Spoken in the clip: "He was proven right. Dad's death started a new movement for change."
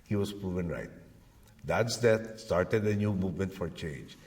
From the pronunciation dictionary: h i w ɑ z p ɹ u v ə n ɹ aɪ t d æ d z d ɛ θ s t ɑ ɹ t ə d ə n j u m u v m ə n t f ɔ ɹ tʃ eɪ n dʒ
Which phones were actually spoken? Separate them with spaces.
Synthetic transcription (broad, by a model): h i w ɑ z p ɹ u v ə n ɹ aɪ t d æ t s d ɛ t s t ɑ ɹ t ə d ə n j u m u v m ə n t f ɔ ɹ tʃ eɪ n dʒ